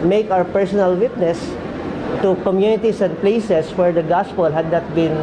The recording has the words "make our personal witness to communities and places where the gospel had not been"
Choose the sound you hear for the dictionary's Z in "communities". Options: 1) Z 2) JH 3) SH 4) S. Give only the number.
4